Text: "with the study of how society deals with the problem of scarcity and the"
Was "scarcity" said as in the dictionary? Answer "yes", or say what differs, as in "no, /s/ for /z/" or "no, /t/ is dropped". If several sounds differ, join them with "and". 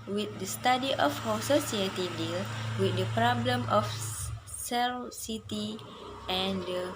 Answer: no, /k/ is dropped